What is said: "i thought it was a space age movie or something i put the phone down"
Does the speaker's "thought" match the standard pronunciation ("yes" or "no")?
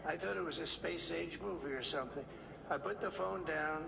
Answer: yes